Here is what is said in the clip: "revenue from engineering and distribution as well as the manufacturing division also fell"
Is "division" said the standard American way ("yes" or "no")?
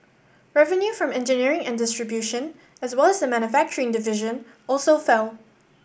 yes